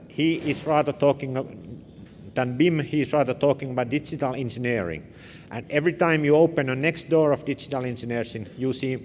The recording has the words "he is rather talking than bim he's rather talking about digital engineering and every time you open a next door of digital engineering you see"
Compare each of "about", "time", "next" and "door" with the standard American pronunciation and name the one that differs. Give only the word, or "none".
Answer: none